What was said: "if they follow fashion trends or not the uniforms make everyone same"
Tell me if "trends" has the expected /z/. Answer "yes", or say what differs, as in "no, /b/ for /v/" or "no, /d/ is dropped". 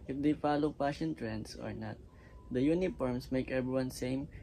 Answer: no, /s/ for /z/